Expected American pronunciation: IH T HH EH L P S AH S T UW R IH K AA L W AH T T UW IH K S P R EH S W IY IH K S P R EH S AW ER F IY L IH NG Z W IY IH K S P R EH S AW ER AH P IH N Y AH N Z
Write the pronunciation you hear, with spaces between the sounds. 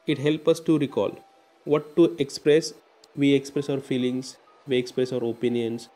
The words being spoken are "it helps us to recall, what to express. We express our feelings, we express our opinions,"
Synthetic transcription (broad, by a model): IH T HH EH L P AH S T UW R IH K AA L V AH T T UW IH K S P R EH S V IY IH K S P R EH S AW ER F IY L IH NG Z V IY IH K S P R EH S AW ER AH P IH N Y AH N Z